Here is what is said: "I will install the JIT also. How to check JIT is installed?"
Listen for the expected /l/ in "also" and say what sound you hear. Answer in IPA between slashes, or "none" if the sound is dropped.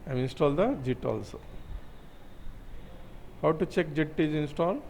/l/